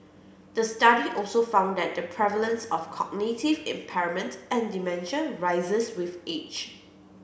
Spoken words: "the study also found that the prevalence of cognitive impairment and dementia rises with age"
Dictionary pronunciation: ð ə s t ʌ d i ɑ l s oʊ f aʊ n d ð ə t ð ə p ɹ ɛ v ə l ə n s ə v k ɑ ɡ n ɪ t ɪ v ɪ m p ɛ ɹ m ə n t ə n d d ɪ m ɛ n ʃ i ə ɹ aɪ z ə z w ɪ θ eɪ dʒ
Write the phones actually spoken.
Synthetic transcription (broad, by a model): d ə s t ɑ d i ɑ l s oʊ f aʊ n d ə t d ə p ɹ ɛ v ə l ə n s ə f k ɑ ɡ n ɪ t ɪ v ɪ m p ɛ ɹ m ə n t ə n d d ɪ m ɛ n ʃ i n ɹ aɪ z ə s w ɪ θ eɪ tʃ